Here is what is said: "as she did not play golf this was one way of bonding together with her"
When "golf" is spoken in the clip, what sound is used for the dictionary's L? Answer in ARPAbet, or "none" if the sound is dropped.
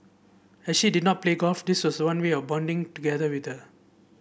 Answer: none